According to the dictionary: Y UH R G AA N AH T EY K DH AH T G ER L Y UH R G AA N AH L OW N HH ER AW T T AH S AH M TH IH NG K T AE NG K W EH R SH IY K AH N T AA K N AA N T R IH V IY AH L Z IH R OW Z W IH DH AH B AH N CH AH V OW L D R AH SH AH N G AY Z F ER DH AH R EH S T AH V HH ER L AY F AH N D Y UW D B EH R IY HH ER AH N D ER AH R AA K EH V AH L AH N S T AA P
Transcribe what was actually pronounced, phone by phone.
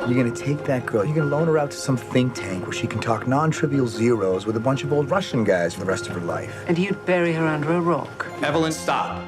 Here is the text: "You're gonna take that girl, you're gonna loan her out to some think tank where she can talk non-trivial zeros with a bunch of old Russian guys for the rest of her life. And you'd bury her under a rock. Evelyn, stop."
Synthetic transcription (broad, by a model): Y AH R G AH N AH T EY K DH AH T G ER L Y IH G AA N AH L OW N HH ER AW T T AH S AH M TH IH NG K T AE NG K W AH R SH IY K N T AA K N AA N T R IH V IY L Z IH R OW Z W IH DH AH B AH N CH AH V OW L D R AH SH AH N G AY Z F ER DH AH R EH S T AH V ER L AY F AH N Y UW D B EH R IY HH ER AH N D ER AH R AA K EH V AH L AH N S T AA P